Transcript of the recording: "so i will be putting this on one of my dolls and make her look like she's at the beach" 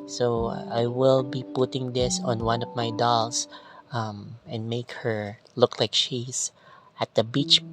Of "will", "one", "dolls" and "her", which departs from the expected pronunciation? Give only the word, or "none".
dolls